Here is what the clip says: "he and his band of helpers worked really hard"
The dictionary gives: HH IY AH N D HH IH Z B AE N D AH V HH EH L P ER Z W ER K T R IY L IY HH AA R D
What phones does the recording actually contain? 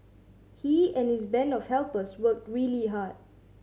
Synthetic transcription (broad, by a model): HH IY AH N HH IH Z B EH N AH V HH EH L P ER S W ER K T R IY L IY HH AA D